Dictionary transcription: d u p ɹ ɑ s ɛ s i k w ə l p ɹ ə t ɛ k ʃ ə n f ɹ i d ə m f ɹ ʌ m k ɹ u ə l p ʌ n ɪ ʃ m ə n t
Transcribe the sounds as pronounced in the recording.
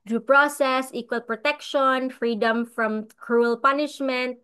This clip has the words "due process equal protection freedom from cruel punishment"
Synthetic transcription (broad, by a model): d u p ɹ ɑ s ɛ s i k w ə l p ɹ ə t ɛ k ʃ ə n f ɹ i d ə m f ɹ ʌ m k ɹ u ə l p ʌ n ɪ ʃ m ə n t